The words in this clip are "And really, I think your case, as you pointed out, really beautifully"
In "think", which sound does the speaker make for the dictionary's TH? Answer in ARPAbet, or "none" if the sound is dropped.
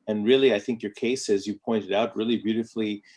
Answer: TH